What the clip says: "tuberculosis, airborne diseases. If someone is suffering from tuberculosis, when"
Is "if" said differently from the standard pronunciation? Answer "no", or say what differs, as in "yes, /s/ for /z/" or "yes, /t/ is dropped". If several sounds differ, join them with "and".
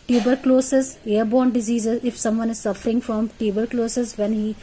no